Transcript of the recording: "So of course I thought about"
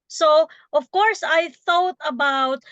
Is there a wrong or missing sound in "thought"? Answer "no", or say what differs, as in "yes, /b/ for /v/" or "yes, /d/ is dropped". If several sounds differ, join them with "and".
no